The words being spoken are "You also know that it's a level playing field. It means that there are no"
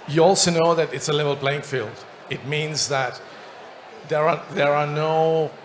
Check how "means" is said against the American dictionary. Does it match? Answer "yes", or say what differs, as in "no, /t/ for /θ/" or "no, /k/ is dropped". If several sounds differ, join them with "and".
yes